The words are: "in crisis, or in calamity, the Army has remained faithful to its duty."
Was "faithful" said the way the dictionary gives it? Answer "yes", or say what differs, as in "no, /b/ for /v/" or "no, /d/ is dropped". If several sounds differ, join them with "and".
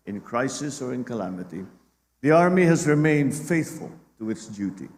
yes